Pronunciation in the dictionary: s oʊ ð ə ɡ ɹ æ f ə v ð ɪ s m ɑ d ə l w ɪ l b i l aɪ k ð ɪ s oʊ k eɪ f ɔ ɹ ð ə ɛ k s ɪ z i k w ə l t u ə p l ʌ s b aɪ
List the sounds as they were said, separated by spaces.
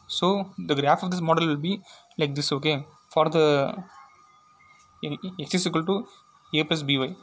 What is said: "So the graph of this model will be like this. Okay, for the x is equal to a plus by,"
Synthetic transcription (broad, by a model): s oʊ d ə ɡ ɹ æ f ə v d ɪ s m ɑ d ə l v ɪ l b i l aɪ k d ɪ s oʊ k eɪ f ɔ ɹ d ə ɛ k s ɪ s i k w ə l t u ə p ʌ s b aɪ